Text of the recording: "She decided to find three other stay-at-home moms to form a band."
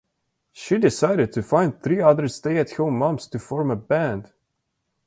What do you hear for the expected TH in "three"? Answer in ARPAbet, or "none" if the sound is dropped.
TH